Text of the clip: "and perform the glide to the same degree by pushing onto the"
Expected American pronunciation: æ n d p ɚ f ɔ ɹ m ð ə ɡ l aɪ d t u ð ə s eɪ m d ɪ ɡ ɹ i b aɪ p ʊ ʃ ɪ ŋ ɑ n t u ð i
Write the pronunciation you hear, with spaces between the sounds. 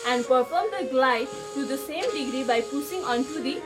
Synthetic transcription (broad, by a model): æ n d p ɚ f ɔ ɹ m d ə ɡ l aɪ d t u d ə s eɪ m d ɪ ɡ ɹ i b aɪ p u s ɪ ŋ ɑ n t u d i